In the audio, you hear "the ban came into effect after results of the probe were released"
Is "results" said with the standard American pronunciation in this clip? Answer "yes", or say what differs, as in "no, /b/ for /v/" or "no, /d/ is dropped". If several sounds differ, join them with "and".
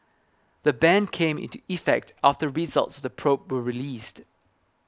yes